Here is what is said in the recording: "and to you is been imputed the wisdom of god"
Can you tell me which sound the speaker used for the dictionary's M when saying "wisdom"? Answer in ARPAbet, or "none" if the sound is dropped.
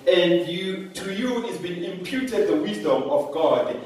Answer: M